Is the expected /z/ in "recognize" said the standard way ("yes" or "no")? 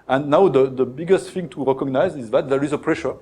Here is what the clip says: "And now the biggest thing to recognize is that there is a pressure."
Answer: yes